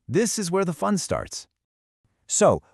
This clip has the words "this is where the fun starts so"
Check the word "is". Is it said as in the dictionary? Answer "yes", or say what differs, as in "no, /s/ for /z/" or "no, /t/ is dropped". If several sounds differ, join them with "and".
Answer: yes